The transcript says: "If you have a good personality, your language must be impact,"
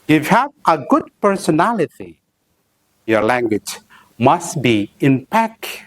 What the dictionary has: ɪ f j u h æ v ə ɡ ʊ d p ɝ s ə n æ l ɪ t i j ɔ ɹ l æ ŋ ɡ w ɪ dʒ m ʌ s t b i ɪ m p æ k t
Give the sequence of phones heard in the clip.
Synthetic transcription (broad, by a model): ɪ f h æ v ə ɡ ʊ d p ɝ s ə n æ l ɪ t i j ɔ ɹ l æ ŋ ɡ w ɪ dʒ m ʌ s t b i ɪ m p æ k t